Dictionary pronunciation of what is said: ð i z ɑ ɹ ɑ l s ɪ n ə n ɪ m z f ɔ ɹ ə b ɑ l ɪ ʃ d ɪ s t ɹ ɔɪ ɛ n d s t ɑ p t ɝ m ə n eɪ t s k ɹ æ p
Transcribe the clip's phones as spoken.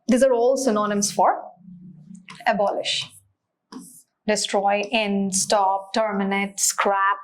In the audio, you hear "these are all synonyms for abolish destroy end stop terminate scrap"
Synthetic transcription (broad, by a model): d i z ɑ ɹ ɑ l s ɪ n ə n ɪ m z f ɔ ɹ ə b ɑ l ɪ ʃ d ɪ s t ɹ ɔɪ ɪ n s t ɑ p t ɝ m ə n eɪ t s k ɹ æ p